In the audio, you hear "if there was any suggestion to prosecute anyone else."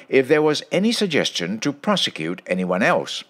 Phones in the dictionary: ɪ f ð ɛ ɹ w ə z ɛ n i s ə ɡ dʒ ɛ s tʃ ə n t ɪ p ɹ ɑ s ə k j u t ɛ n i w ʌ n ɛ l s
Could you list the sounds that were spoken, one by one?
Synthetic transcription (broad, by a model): ɪ f ð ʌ ɹ w ə z ɛ n i s ə ɡ dʒ ɛ s tʃ ə n t ɪ p ɹ ɑ s ə k j u t ɛ n i w ʌ n ɛ l s